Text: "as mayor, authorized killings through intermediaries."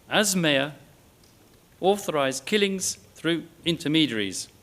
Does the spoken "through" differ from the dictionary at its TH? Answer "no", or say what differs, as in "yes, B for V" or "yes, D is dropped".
no